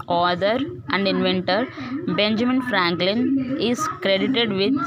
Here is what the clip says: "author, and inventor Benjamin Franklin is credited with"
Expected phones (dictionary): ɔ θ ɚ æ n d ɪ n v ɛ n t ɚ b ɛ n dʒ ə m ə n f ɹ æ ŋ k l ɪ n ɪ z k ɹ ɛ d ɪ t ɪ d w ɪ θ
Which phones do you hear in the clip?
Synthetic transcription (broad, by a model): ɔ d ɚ æ n d ɪ n v ɛ n t ɚ b ɛ n dʒ ə m ə n f ɹ æ ŋ k l ɪ n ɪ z k ɹ ɛ d ɪ t ɪ d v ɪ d